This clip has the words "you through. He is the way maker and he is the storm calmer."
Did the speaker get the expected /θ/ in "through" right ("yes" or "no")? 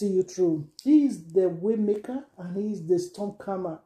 no